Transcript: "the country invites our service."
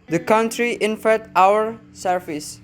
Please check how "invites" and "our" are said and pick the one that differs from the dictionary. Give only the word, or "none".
invites